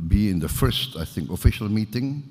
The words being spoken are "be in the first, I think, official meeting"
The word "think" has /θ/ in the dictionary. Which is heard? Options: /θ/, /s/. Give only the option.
/θ/